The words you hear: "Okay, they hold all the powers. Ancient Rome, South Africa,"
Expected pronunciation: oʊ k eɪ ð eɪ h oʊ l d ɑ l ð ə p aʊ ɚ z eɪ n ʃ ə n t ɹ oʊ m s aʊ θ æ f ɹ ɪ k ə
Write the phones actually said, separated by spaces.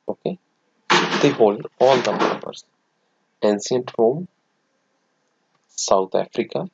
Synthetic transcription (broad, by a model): oʊ k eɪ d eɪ h oʊ l d ɑ l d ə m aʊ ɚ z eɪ n s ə n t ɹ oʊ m s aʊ t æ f ɹ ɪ k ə